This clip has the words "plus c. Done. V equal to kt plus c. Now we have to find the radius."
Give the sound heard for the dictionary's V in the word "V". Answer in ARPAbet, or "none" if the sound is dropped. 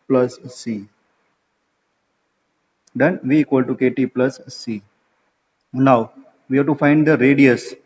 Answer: V